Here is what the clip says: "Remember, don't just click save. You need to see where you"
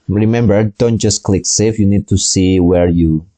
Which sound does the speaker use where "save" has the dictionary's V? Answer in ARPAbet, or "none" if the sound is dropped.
F